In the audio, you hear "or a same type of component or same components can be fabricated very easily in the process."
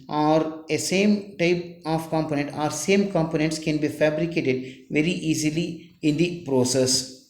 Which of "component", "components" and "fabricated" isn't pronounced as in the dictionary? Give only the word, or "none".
none